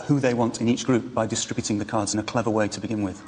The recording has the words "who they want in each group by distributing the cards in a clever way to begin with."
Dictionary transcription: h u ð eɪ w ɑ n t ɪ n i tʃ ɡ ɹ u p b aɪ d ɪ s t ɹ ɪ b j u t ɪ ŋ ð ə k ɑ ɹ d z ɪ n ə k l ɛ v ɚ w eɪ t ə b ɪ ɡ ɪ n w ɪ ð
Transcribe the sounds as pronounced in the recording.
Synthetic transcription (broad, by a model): h u ð eɪ w ɑ n t ɪ n i tʃ ɡ ɹ u p b aɪ d ɪ s t ɹ ɪ b j u t ɪ ŋ ð ə k ɑ d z ɪ n ə k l ɛ v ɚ w eɪ t ə b ɪ ɡ ɪ n w ɪ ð